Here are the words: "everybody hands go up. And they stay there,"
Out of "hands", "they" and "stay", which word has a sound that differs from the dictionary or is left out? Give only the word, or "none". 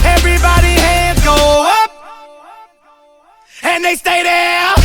hands